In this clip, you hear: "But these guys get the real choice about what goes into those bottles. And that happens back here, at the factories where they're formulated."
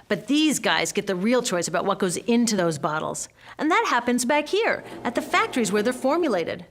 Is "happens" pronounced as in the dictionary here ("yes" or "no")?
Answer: yes